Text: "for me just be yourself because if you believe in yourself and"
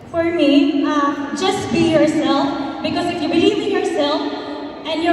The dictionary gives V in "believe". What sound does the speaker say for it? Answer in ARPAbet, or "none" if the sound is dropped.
none